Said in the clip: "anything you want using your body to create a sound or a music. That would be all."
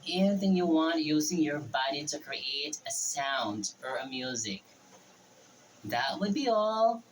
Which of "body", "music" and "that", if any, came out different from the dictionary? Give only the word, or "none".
none